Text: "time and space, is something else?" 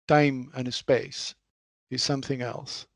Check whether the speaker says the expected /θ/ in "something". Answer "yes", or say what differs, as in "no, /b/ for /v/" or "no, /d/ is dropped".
yes